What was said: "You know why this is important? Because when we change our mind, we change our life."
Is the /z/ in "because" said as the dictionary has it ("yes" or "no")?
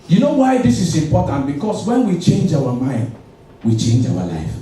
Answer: no